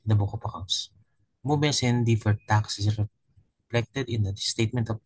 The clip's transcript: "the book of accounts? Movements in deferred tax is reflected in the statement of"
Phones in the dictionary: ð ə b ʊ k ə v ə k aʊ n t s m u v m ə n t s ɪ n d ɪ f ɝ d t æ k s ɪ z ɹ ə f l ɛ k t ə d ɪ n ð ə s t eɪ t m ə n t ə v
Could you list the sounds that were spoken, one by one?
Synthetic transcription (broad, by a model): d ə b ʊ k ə p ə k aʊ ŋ s m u m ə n s ɪ n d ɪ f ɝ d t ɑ k s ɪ s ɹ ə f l ɛ k t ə d ɪ n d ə s t eɪ t m ə n t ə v